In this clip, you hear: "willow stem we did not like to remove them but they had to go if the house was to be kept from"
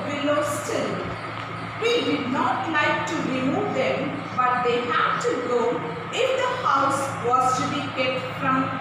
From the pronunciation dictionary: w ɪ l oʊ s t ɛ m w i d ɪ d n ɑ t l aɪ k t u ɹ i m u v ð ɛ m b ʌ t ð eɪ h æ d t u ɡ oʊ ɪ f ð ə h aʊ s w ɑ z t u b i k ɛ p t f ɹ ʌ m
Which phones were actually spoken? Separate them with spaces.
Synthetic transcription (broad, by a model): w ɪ l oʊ s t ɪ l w i d ɪ d n ɑ t l aɪ k t u ɹ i m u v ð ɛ m b ʌ t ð eɪ h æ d t u ɡ oʊ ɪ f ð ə h aʊ s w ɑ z t u b i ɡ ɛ t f ɹ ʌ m